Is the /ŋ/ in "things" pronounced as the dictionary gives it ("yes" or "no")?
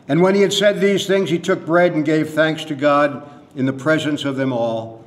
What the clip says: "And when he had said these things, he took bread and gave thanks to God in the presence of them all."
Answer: yes